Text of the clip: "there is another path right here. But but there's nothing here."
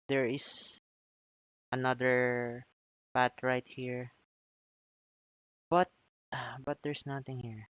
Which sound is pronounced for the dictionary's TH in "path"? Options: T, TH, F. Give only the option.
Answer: T